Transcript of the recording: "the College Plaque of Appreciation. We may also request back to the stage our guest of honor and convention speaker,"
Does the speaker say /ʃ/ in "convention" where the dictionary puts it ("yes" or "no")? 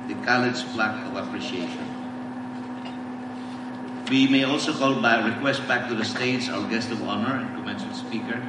no